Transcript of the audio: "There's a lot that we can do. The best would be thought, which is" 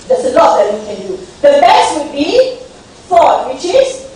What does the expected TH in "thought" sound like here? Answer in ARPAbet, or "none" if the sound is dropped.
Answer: F